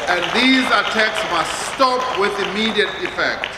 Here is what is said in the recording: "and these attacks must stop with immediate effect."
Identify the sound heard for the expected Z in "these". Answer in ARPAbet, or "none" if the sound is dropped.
Z